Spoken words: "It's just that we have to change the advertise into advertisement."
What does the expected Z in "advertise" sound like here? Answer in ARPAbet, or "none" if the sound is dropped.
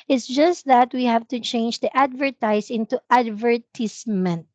S